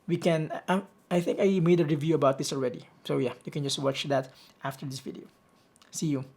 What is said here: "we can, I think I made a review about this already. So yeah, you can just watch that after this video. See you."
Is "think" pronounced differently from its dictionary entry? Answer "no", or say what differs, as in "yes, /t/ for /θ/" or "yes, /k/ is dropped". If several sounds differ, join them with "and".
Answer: no